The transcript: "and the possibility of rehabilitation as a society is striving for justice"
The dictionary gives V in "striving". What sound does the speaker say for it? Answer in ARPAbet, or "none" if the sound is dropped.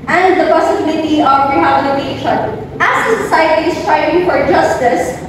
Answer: none